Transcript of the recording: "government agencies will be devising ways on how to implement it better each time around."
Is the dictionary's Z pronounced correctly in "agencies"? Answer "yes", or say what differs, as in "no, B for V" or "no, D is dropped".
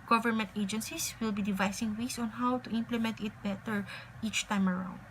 no, S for Z